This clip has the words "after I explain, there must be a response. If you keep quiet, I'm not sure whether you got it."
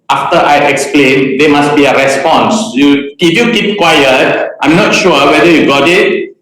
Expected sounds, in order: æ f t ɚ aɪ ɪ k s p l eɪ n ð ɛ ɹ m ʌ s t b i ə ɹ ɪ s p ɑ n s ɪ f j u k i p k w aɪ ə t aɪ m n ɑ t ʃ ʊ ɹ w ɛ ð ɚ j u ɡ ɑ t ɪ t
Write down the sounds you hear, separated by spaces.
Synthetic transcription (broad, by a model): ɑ f t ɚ aɪ ɪ k s p l eɪ n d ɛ m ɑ s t b i ə ɹ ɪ s p ɑ n s ɪ f j u k i p k w aɪ ə t aɪ m n ɑ t ʃ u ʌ w ɛ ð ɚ j u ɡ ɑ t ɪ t